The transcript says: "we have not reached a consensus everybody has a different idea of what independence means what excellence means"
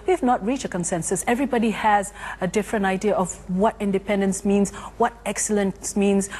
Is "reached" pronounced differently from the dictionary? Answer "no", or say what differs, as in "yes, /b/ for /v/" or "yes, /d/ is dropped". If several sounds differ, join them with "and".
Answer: yes, /t/ is dropped